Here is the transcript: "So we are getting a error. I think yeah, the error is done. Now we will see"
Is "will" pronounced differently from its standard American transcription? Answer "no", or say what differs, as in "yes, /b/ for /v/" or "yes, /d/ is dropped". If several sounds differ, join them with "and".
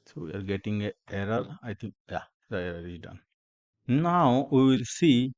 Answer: no